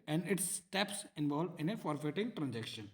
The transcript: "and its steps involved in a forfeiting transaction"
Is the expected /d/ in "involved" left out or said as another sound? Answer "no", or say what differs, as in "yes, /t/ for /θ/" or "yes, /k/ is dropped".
yes, /d/ is dropped